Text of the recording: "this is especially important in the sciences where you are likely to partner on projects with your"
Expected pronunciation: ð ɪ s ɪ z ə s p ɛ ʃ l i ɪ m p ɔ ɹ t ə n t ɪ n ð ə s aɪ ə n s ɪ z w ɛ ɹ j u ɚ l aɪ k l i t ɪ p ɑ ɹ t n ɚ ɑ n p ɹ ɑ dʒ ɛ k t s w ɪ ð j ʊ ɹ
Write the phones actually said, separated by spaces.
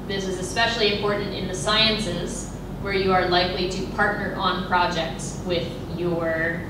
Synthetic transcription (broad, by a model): ð ɪ s ɪ z ə s p ɛ ʃ l i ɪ m p ɔ ɹ t n t ɪ n ð ə s aɪ ə n s ɪ z w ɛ ɹ j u ɚ l aɪ k l i t ɪ p ɑ ɹ t n ɚ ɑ n p ɹ ɑ dʒ ɛ k t s w ɪ ð j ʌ ɹ